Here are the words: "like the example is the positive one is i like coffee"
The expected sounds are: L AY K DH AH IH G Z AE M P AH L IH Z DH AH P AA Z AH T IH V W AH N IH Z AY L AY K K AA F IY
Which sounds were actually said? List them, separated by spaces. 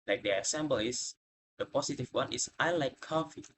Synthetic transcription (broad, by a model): L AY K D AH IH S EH M B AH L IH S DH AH P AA S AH T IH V W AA N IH S AY L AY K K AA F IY